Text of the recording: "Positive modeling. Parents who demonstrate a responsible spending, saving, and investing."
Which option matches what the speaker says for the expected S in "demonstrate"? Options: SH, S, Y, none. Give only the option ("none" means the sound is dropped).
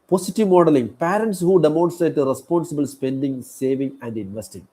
none